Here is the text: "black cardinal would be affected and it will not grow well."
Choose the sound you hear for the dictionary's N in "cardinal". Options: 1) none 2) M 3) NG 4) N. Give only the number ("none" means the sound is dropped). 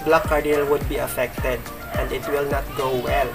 1